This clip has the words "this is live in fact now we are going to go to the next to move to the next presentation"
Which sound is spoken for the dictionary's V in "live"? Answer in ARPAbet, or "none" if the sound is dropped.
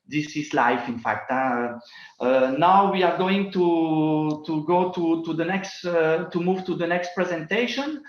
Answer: F